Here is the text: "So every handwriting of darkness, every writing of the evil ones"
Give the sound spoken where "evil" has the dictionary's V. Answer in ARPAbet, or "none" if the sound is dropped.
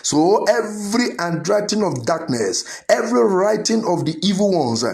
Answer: V